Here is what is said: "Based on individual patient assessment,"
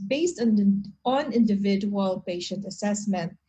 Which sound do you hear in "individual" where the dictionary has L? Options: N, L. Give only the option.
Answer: L